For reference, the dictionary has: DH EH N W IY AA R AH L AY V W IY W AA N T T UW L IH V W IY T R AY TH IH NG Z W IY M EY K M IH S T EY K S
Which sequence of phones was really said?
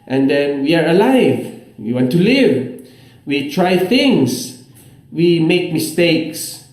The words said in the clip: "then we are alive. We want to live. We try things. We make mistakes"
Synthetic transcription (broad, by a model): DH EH N W IY AA R AH L AY V W IY W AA N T T UW L IH V W IY T R AY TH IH NG S W IY M EY K M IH S T EY K S